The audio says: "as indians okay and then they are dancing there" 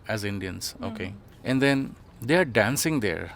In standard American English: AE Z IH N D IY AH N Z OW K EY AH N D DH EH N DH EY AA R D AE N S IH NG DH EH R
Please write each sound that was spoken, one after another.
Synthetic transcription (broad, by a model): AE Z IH N D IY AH N S OW K EY AH N D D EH N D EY AA R D AE N S IH NG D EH R